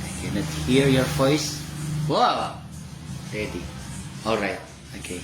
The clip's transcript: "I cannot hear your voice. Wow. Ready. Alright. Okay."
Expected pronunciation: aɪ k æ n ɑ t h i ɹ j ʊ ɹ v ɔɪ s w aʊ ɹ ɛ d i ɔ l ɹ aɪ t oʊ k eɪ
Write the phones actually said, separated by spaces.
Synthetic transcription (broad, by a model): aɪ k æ n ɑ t h i ɹ j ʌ ɹ v ɔɪ s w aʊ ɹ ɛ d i ɔ l ɹ aɪ t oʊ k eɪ